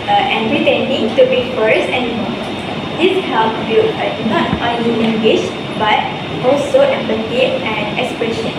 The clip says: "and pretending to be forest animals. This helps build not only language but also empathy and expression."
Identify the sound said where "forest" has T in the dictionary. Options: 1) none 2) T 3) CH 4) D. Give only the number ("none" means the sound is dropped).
1